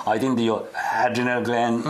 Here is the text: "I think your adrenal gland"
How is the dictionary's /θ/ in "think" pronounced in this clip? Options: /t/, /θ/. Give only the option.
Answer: /t/